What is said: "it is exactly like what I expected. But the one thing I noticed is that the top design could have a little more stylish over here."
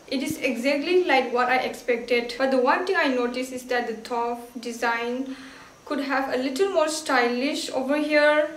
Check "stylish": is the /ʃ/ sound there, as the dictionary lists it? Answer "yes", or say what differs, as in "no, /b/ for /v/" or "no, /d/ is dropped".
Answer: yes